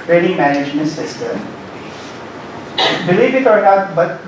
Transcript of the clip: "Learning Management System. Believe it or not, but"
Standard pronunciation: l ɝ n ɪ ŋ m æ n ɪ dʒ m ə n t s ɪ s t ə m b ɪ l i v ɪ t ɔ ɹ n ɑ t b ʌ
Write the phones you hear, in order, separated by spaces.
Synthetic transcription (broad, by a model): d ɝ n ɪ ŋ m æ n ɪ dʒ m ə n t s ɪ s t ə m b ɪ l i b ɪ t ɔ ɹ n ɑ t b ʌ